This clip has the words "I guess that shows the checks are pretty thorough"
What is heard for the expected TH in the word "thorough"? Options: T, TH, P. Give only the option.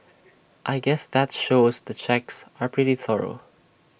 TH